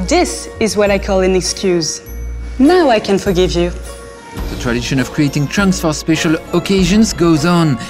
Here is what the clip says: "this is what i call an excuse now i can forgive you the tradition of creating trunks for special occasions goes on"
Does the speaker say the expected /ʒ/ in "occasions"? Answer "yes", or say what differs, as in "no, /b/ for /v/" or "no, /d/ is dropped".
yes